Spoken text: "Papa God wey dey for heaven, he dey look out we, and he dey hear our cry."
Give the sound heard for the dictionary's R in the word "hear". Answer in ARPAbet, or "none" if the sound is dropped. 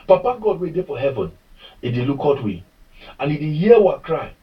W